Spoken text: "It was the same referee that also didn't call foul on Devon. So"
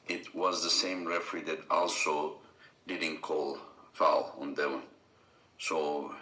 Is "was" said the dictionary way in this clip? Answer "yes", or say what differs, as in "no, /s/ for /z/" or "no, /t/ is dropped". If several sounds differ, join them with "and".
yes